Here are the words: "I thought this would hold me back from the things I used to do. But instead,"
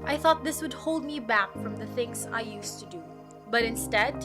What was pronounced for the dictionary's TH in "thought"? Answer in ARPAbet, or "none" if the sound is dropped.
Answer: TH